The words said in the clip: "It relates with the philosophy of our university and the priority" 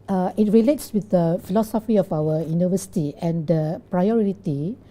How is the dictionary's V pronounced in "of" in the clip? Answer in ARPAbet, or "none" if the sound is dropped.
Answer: F